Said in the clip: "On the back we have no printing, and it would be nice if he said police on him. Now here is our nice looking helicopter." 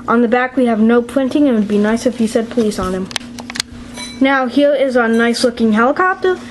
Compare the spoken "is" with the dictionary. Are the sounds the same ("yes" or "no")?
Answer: yes